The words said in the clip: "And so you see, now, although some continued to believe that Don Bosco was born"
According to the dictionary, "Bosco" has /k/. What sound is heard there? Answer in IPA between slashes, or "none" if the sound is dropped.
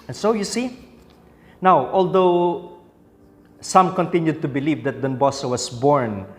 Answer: none